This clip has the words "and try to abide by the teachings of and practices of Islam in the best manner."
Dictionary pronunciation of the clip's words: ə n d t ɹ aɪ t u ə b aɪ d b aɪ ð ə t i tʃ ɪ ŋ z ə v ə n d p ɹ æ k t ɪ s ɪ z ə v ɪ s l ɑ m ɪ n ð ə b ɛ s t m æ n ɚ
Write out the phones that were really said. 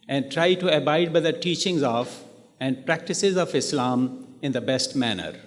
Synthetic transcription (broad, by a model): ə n d t ɹ aɪ t u ə b aɪ d b aɪ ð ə t i tʃ ɪ ŋ z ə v ə n d p ɹ æ k t ɪ s ɪ z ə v ɪ s l ɑ m ɪ n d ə b ɛ s t m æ n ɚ